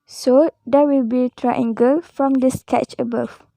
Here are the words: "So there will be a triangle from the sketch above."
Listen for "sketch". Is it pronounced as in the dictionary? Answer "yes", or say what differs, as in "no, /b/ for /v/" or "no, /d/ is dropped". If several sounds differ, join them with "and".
yes